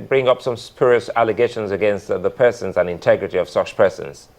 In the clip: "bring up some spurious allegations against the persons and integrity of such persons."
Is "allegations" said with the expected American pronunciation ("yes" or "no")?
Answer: yes